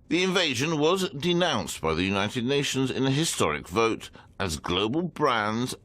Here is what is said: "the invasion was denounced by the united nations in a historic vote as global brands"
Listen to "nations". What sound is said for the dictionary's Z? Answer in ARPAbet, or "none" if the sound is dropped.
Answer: Z